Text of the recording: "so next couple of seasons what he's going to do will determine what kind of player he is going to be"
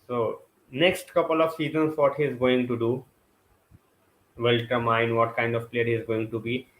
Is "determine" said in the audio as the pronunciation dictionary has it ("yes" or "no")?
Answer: no